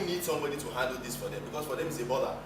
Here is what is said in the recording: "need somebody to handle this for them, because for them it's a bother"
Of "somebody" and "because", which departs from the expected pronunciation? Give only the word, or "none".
none